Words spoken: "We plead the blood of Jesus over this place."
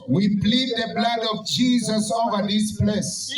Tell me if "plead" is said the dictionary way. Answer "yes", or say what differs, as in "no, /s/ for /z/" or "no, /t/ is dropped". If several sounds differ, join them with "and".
no, /b/ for /p/